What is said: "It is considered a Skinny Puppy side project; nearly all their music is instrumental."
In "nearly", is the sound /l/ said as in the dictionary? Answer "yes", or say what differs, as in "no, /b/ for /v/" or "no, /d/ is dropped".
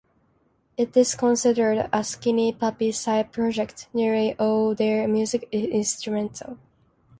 no, /l/ is dropped